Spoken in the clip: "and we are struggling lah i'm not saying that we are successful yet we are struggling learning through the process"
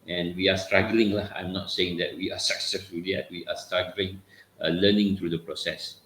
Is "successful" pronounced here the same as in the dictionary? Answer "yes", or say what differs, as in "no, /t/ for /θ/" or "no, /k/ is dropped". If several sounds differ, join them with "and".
yes